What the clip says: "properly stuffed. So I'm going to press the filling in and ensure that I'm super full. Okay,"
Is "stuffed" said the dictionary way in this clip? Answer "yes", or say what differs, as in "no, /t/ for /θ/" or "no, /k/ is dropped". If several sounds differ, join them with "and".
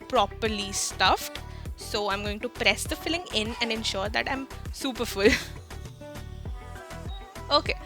yes